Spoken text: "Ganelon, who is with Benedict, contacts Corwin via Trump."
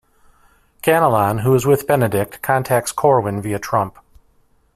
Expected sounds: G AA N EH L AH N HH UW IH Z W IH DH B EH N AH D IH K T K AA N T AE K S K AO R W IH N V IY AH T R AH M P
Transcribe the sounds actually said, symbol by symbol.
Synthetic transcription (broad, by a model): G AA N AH L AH N HH UW IH Z W IH DH B EH N AH D IH K T K AA N T AE K S K AO R W IH N V IY AH T R AH M P